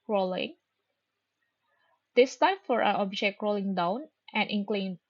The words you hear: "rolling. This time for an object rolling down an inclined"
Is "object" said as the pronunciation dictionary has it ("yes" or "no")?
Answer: yes